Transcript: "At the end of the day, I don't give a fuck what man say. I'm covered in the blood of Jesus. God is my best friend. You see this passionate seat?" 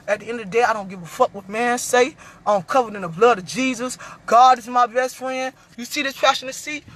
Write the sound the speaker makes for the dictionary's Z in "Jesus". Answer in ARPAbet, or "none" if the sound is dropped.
Z